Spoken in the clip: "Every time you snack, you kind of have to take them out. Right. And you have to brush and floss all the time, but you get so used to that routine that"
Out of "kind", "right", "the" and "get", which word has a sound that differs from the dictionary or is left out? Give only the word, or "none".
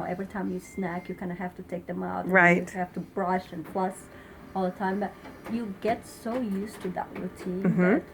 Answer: right